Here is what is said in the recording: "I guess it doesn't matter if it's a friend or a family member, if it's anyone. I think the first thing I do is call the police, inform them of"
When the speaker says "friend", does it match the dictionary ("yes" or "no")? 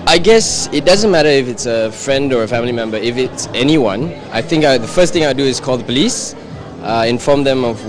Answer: yes